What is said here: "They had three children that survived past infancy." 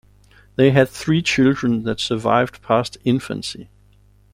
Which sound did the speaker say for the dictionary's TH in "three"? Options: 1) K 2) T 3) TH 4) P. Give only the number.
3